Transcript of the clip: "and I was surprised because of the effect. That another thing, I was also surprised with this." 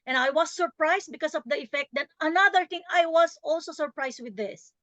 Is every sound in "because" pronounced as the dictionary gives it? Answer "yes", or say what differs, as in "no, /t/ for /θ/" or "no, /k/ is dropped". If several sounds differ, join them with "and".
no, /s/ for /z/